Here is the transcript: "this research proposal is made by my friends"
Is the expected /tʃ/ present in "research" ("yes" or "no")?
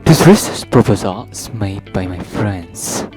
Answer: no